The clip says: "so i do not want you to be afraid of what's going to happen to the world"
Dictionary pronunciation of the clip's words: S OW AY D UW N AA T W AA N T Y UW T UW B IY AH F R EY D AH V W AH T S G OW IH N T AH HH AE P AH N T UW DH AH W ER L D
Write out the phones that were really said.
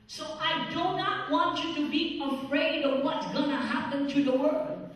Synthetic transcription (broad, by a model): S OW AY D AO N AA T W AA N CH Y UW T UW B IY AH F R EY D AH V W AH T S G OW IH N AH HH AE P AH N T UW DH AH W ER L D